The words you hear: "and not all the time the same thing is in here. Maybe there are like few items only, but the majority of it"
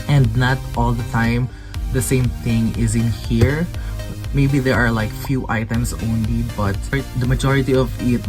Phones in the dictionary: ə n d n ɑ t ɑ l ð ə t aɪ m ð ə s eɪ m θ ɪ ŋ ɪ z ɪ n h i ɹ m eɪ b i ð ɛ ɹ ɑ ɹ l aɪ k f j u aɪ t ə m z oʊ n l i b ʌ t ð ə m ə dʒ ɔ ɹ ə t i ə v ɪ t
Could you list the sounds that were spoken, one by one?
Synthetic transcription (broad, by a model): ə n d n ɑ t ɑ l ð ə t aɪ m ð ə s eɪ m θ ɪ ŋ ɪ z ɪ n h i ɹ m eɪ b i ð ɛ ɹ ɑ ɹ l aɪ k f j u aɪ t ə m s oʊ n l i b ʌ t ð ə m ə dʒ ɔ ɹ ə t i ə v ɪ t